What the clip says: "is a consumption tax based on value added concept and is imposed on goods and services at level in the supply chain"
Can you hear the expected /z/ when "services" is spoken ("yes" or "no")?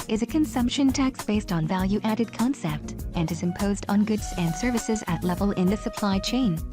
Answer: yes